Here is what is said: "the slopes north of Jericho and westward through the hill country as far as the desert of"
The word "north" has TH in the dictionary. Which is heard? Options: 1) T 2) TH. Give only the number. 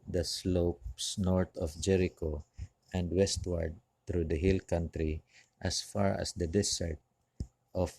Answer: 1